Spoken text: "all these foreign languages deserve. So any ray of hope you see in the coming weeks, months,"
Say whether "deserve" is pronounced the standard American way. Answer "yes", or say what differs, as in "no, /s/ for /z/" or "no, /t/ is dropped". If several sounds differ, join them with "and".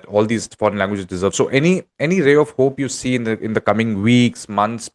yes